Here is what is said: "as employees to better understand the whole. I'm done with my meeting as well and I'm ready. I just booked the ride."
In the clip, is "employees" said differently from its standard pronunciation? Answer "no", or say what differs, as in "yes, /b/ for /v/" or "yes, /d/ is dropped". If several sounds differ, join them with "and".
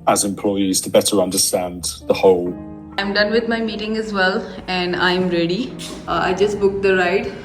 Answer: no